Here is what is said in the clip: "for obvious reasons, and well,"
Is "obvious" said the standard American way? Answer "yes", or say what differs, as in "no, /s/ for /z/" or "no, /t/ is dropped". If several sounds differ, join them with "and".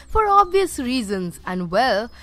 yes